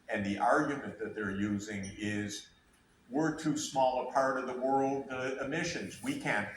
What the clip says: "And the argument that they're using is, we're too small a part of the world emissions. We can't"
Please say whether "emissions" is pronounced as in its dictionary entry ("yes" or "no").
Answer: yes